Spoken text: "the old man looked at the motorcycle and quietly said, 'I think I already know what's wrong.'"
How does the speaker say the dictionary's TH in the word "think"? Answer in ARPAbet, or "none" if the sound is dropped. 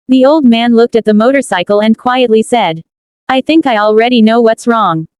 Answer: TH